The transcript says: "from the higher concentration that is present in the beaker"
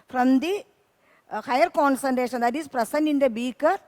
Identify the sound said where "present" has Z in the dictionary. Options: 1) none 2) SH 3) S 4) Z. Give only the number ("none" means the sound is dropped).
3